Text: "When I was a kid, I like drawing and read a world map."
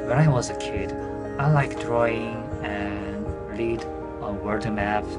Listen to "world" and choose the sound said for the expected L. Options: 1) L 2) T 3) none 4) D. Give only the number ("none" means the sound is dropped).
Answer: 3